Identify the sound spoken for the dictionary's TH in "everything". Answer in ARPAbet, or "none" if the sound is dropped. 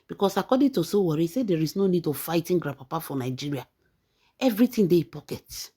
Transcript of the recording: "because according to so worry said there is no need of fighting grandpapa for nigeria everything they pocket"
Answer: T